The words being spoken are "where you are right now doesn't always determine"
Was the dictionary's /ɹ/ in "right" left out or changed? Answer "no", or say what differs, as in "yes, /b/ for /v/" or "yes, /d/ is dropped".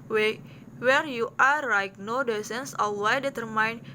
yes, /l/ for /ɹ/